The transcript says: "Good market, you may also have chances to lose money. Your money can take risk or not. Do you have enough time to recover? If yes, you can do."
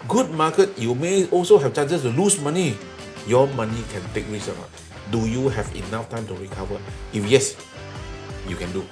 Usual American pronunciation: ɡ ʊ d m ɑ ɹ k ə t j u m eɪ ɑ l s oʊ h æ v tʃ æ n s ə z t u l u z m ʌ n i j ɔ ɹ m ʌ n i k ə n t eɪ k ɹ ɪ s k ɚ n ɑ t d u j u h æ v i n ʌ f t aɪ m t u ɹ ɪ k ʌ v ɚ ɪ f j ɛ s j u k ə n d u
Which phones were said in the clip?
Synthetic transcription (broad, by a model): ɡ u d m ɑ k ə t j u m eɪ ɑ l s oʊ h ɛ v tʃ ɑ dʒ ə s t u l u s m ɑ n i j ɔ m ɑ n i k ə n t eɪ k ɹ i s ɚ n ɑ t d u j u h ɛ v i n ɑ f t aɪ m t u ɹ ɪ k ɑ v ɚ ɪ f j ɛ s j u k ə n d u